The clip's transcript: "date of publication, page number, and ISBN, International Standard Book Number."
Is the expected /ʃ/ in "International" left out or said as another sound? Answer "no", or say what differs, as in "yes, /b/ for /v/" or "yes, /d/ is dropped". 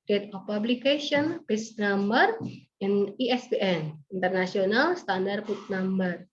yes, /s/ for /ʃ/